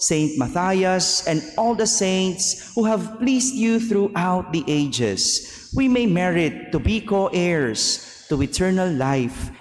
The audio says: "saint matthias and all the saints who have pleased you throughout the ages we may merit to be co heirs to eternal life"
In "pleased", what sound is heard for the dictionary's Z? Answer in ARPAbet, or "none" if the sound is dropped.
S